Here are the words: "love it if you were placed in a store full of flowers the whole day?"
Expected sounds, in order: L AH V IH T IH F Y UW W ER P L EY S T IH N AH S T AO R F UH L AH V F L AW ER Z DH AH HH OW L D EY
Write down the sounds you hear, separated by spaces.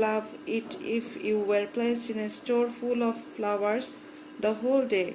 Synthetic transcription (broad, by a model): L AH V IH T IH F Y UW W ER P L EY S IH N AH S T AO R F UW L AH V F L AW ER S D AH HH OW L D EY